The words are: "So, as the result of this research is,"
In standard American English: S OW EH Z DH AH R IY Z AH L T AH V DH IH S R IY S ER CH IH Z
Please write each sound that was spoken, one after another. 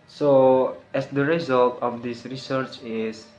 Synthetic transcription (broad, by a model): S OW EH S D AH R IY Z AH L T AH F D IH S R IY S ER CH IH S